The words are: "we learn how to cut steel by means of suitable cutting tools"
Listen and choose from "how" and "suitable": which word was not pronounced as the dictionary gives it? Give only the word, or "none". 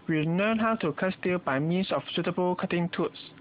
none